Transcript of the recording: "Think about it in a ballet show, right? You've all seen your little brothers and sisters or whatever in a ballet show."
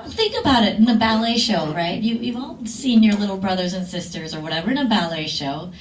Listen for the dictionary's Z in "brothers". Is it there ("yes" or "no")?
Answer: yes